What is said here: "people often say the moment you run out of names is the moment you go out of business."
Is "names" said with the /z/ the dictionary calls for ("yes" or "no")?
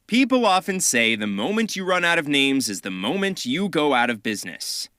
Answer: yes